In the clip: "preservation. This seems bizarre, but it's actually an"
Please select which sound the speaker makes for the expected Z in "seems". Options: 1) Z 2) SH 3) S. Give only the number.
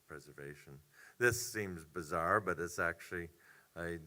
1